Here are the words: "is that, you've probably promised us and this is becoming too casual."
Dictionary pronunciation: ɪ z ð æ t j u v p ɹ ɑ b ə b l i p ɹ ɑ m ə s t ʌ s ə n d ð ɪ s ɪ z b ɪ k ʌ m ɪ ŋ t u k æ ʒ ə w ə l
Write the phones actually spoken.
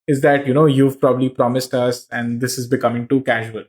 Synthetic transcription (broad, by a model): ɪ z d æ t j u v p ɹ ɑ b ə b l i p ɹ ɑ m ə s t ʌ s ə n d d ɪ s ɪ z b ɪ k ʌ m ɪ ŋ t u k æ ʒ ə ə l